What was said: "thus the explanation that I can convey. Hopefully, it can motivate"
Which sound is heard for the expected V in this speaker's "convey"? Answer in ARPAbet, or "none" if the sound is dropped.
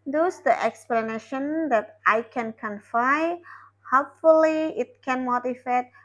F